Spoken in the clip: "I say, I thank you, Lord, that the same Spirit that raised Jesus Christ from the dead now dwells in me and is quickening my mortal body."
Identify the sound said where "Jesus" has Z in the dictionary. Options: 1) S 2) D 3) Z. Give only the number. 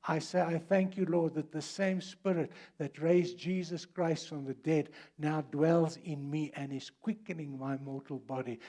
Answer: 3